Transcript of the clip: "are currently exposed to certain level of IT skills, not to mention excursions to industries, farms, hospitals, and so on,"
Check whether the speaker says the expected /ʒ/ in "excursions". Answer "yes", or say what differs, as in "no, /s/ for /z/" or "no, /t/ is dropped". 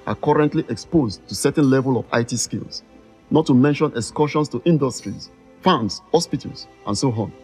no, /ʃ/ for /ʒ/